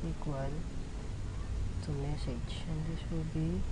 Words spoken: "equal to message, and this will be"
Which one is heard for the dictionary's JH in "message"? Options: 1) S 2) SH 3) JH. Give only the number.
2